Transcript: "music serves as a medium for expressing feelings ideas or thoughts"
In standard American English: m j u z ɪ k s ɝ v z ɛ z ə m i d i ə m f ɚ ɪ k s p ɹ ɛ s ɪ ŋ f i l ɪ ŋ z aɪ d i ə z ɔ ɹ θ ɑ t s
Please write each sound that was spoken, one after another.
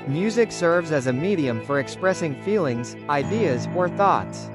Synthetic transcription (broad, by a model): m j u z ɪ k s ɝ v z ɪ z ə m i d i ə m f ɚ ɪ k s p ɹ ɛ s ɪ ŋ f i l ɪ ŋ z aɪ d i ə z ɔ ɹ θ ɑ t s